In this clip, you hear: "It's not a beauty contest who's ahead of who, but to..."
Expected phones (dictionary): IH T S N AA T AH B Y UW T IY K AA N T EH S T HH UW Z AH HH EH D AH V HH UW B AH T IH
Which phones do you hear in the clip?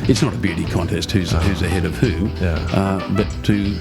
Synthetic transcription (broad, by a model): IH T S N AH T AH B Y UW T IY K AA N T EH S T HH UW Z AH HH EH D AH V HH UW B AH T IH